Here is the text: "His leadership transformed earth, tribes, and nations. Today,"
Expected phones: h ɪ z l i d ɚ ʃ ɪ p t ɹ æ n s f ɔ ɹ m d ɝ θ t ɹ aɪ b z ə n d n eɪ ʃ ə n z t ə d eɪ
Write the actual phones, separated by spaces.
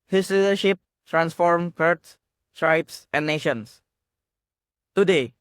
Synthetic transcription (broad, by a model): h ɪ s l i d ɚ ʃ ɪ p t ɹ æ n s f ɔ ɹ m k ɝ s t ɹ aɪ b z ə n n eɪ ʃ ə n s t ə d eɪ